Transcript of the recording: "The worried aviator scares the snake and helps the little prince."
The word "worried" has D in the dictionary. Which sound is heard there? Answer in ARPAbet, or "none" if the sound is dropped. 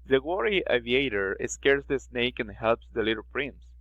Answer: none